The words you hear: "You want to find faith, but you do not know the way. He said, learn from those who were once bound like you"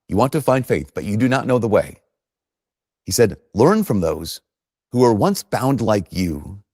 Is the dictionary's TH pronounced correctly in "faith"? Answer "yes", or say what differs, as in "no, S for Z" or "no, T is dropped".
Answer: yes